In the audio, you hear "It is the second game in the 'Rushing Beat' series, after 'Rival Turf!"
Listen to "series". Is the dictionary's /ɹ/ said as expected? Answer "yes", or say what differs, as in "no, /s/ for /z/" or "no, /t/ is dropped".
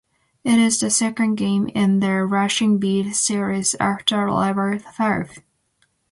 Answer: yes